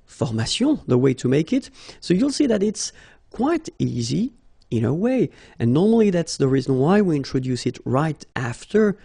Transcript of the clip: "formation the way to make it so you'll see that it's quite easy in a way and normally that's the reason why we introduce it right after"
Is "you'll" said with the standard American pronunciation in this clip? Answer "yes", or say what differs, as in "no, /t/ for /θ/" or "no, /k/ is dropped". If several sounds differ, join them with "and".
yes